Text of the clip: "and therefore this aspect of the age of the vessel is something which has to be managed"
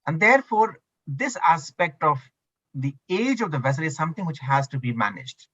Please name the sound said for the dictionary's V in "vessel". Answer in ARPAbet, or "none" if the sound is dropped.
V